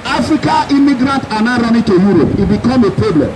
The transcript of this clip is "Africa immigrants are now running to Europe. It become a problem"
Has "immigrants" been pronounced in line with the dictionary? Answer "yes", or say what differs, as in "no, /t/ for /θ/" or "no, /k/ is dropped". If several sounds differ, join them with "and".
no, /s/ is dropped